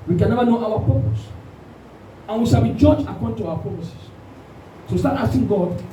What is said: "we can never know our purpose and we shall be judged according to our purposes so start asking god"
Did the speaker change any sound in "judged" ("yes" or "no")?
yes